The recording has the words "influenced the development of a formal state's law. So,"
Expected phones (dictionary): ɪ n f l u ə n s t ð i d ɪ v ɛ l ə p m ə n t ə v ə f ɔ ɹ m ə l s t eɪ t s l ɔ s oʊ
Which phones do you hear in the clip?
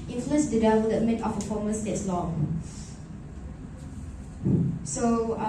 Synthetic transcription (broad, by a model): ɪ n f l u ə n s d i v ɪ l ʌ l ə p m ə n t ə p ə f ɔ m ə s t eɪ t s l ɔ s oʊ